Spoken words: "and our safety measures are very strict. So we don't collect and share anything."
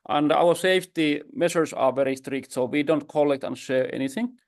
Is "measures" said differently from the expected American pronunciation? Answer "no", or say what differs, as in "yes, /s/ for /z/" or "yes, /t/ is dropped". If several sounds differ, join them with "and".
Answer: yes, /ʃ/ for /ʒ/ and /s/ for /z/